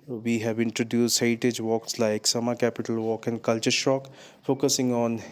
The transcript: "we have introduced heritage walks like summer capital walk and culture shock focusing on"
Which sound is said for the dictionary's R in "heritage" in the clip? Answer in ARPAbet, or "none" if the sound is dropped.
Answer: none